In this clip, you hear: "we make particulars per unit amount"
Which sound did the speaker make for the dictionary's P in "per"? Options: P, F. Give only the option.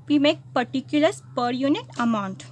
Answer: P